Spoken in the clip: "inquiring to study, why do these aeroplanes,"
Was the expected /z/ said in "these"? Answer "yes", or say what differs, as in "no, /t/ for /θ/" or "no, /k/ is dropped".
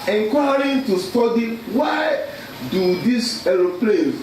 no, /s/ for /z/